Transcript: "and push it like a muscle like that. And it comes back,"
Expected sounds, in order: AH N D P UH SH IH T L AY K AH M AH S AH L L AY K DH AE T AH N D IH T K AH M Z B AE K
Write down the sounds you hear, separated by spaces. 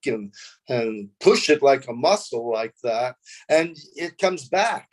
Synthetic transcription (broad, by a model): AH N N P UH SH IH T L AY K AH M AH S L L AY K DH AE T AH N IH T K AH M Z B AE K